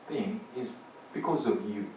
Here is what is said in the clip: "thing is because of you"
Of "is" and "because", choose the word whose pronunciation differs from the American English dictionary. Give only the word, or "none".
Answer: none